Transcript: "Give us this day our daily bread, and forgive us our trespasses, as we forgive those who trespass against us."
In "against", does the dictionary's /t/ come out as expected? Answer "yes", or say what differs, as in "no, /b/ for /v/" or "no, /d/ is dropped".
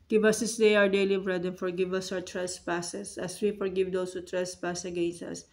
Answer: no, /t/ is dropped